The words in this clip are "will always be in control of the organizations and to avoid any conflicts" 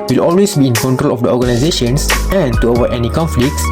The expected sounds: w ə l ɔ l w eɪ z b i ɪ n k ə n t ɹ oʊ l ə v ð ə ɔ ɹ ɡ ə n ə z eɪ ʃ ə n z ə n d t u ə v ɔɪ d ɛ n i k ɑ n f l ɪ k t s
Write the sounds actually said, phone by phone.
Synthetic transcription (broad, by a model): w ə l ɔ l w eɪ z b i ɪ n k ə n t ɹ oʊ l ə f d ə ɔ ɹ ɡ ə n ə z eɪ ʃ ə n s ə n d t u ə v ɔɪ ɛ n i k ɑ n f l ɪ k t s